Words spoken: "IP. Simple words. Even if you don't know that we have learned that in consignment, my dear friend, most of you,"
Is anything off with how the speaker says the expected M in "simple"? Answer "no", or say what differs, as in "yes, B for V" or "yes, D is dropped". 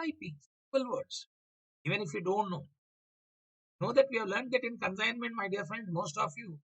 yes, M is dropped